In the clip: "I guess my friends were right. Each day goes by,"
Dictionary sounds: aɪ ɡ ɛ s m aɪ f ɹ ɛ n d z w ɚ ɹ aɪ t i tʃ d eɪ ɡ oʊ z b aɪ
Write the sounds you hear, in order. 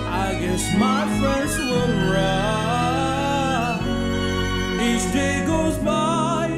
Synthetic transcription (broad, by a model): aɪ ɡ ɛ s m aɪ f ɹ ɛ n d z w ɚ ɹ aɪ i tʃ d eɪ ɡ oʊ z b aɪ